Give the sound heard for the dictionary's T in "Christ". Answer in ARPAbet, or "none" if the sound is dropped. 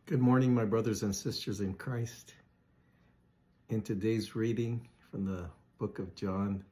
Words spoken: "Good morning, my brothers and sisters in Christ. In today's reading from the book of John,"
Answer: T